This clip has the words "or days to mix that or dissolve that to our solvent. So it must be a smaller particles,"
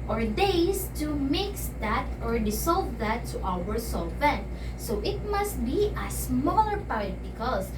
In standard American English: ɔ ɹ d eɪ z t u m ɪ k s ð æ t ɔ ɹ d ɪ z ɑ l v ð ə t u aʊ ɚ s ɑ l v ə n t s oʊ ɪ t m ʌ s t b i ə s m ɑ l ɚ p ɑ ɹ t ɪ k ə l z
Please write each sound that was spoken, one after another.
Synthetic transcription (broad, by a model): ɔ ɹ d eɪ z t u m ɪ k s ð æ t ɔ ɹ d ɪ s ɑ l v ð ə t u aʊ ɚ s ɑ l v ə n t s oʊ ɪ t m ʌ s t b i ə s m ɑ l ɚ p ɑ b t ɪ k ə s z